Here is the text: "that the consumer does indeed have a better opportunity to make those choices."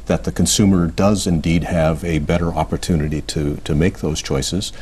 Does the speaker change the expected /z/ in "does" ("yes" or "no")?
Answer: no